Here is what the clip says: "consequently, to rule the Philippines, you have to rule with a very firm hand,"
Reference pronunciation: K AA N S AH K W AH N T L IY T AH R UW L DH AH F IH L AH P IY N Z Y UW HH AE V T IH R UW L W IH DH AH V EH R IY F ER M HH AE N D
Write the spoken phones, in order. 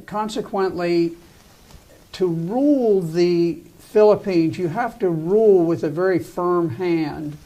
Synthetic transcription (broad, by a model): K AA N S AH K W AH N T L IY T AH R UW L DH AH F IH L AH P IY N Z Y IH HH AE F T IH R UW L W IH DH AH V EH R IY F ER M HH AE N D